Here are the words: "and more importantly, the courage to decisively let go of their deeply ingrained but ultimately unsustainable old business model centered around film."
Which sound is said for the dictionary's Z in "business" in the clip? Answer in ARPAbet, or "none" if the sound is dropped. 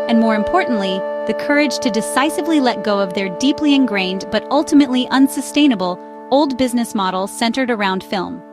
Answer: Z